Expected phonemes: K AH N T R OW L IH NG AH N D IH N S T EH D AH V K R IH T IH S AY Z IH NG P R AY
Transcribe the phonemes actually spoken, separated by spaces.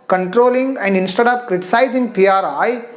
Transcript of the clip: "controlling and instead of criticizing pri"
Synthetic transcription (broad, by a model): K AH N T R OW L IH NG AH N D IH N S T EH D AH P K R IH T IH S AY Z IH NG P R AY